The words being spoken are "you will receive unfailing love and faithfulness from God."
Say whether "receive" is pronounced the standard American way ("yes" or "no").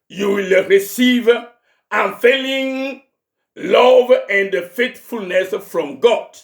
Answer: yes